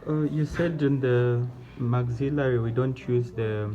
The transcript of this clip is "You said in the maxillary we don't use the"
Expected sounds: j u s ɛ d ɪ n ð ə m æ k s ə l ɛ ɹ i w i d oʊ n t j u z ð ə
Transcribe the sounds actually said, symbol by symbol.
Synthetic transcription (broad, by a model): j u s ɛ d ɪ n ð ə m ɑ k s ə l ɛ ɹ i w i d oʊ n t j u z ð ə